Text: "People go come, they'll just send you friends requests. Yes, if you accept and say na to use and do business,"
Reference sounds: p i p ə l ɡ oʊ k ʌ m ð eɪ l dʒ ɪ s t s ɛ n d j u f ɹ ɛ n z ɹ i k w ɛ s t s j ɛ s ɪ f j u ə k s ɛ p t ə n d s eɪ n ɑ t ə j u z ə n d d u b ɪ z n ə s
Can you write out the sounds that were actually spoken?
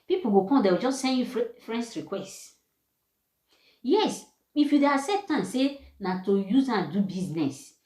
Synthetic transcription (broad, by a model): p i p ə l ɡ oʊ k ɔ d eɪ w dʒ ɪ s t s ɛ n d j u f ɹ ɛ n s ɹ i k w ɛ s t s j ɛ s ɪ f j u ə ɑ s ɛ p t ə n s s eɪ n ɑ t ə j u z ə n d d u b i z n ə s